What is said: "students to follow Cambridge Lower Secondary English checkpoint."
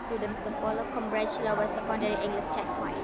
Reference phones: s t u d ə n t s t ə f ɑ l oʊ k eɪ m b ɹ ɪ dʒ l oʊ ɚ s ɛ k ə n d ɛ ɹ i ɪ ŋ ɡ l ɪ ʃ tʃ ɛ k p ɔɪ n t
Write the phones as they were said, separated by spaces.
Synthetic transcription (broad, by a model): s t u d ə n t s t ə f ɑ l oʊ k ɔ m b ɹ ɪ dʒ l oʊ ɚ s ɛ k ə n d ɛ ɹ i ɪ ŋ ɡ l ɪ s tʃ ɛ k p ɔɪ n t